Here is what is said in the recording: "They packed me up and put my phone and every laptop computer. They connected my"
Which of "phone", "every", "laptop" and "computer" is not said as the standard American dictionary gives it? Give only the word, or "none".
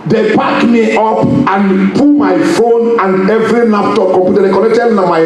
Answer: laptop